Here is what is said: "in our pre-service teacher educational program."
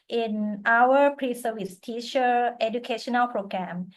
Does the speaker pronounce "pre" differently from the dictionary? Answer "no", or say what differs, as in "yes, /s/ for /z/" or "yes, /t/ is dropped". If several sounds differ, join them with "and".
no